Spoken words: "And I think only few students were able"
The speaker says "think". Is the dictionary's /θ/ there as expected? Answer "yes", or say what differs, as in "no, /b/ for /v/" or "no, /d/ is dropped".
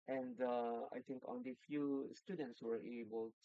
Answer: no, /t/ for /θ/